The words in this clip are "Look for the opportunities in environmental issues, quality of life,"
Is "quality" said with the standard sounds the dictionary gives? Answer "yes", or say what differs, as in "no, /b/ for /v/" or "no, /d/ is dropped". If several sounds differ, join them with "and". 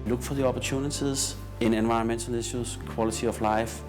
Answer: no, /s/ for /t/